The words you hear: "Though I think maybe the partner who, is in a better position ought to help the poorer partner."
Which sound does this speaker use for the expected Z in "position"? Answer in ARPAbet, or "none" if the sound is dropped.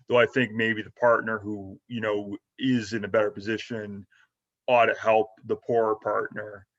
Z